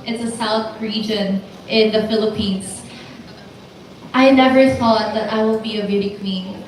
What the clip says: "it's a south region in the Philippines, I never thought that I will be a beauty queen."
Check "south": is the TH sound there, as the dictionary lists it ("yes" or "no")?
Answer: yes